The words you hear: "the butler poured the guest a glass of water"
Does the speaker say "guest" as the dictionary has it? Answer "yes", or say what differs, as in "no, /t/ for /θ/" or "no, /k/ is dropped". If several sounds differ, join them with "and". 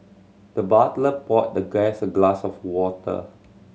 no, /t/ is dropped